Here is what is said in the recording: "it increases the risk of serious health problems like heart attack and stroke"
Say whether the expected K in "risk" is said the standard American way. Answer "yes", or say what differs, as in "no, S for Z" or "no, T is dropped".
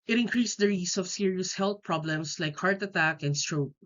no, K is dropped